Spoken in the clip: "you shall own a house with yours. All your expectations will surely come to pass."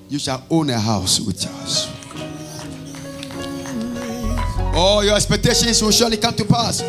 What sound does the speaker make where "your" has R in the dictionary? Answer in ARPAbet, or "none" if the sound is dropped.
R